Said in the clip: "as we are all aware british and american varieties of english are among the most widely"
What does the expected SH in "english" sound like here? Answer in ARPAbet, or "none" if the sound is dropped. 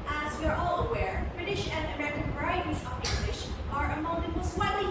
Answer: SH